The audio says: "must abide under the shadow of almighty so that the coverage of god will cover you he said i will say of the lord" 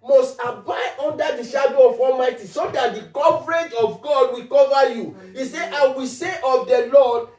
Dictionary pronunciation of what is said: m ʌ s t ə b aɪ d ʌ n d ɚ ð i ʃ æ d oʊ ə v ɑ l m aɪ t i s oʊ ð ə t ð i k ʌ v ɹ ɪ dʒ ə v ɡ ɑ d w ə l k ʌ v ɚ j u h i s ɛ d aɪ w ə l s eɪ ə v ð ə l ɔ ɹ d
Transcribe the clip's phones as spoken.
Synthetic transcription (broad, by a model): m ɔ s t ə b aɪ ɔ n d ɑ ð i ʃ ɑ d oʊ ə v ɑ l m aɪ t i s oʊ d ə t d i k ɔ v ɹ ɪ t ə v ɡ ɑ d w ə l k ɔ v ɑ j u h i s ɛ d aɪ w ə s eɪ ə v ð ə l ɔ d